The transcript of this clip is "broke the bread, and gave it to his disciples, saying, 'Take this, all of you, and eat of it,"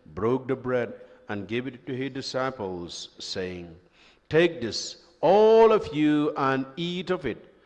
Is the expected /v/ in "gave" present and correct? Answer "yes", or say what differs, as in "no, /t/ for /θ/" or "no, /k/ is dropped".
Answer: yes